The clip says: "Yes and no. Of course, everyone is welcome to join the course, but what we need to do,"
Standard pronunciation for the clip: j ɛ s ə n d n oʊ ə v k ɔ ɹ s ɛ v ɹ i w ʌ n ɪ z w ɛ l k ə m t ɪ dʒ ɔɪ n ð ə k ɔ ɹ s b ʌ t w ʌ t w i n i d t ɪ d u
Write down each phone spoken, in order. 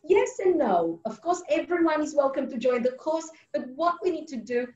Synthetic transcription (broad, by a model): j ɛ s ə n n oʊ ə v k ɔ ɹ s ɛ v ɹ i w ʌ n ɪ z w ɛ l k ə m t ɪ dʒ ɔɪ n ð ə k ɔ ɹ s b ʌ t w ʌ t w i n i d t ɪ d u